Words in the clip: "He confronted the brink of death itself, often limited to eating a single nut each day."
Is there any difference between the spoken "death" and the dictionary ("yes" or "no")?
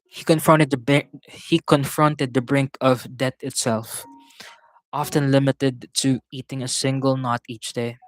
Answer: yes